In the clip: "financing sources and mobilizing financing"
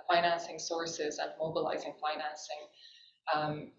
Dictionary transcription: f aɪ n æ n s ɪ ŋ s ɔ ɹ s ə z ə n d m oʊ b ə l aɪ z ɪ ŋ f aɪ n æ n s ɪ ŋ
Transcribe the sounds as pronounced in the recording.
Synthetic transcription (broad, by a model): f aɪ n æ n s ɪ ŋ s ɔ ɹ s ə z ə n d m oʊ b ə l aɪ z ɪ ŋ f aɪ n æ n s ɪ ŋ